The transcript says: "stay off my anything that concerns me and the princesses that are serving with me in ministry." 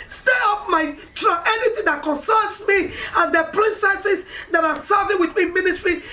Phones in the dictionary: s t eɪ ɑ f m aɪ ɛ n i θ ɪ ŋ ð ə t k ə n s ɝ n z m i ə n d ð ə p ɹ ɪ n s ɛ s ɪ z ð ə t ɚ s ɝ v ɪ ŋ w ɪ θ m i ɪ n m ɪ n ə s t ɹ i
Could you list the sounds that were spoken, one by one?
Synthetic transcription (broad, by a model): s t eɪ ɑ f m aɪ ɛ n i t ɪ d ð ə t k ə n s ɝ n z m i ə n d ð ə p ɹ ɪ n s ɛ s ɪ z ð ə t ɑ s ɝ v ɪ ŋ w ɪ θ m i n m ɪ n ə s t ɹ i